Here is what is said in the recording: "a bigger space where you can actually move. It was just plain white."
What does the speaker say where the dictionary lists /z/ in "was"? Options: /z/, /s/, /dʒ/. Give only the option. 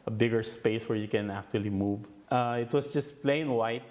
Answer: /s/